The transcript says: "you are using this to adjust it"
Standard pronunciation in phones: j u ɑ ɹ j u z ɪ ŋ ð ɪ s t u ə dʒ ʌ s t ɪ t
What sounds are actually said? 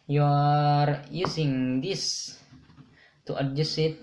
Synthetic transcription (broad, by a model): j ɑ ɹ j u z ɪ ŋ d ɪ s t u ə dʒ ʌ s ɪ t